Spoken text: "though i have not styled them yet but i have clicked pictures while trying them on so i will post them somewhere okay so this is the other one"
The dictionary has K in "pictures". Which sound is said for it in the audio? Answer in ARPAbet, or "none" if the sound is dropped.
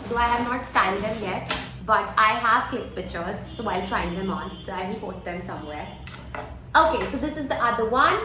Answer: none